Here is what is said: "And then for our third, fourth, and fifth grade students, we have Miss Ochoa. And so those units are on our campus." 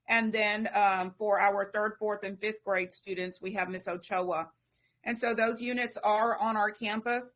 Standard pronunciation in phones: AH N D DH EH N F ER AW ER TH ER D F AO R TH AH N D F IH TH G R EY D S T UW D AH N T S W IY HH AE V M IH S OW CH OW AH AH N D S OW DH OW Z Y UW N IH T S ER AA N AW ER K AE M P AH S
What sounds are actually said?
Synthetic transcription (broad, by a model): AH N DH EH N F ER AW ER TH ER D F AO R TH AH N F IH TH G R EY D S T UW D N T S W IY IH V M IH S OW CH OW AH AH N S OW DH OW Z Y UW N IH T S ER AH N AW ER K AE M P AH S